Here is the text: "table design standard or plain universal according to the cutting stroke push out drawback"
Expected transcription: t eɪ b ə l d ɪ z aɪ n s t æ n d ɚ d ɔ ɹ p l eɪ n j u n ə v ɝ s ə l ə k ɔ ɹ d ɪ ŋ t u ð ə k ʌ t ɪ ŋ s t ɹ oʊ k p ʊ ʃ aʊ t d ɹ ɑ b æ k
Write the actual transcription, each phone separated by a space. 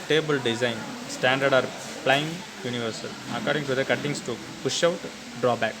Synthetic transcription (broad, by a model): t eɪ b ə l d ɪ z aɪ n s t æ n d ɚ d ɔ ɹ p l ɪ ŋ j u n ə v ɝ s ə l ə k ɔ ɹ d ɪ ŋ t u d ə k ʌ t ɪ ŋ s t u p ʊ ʃ aʊ t d ɹ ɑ b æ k